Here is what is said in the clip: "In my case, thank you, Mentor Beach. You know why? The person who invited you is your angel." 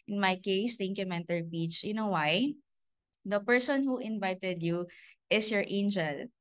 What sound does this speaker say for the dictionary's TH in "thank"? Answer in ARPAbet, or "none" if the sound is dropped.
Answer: T